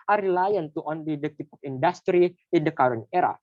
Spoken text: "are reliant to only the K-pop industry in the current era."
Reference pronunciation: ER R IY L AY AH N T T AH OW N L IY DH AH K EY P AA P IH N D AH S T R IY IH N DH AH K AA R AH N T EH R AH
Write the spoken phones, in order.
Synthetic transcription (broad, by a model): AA R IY L AY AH N T T AH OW N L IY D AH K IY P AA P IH N D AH S T R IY IH N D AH K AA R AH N EH R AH